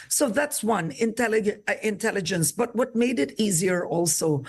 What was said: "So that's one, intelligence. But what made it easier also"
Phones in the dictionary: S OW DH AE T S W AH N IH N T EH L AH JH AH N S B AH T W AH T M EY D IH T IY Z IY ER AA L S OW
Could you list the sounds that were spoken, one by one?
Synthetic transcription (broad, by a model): S OW DH AE T S W AH N IH N T EH L AH JH AH N S B AH T W AH T M EY D IH T IY Z IY ER AA L S OW